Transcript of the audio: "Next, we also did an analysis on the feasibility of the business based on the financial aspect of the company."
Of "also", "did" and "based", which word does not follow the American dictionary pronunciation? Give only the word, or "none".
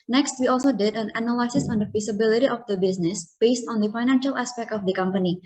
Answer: none